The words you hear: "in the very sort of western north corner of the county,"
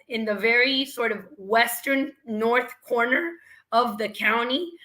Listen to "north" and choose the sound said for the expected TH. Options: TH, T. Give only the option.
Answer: TH